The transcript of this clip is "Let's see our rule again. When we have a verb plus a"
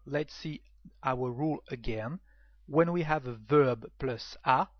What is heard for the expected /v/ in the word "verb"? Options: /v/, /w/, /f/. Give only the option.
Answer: /v/